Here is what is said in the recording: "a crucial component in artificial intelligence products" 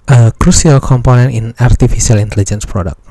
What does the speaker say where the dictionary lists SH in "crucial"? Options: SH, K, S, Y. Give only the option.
S